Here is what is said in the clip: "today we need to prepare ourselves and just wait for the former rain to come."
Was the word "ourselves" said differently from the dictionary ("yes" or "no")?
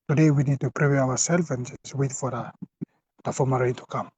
yes